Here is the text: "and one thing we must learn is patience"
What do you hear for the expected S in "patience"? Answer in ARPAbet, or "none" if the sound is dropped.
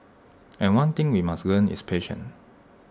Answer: none